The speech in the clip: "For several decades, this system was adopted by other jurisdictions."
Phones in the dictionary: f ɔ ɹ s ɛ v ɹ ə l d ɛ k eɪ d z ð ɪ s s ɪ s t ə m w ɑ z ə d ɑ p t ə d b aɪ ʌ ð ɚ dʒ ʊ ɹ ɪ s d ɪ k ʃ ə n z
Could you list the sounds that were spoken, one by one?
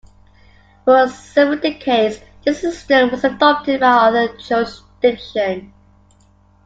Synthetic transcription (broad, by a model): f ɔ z s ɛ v ə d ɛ k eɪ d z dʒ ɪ s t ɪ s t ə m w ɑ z ə d ɑ p t ə d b aɪ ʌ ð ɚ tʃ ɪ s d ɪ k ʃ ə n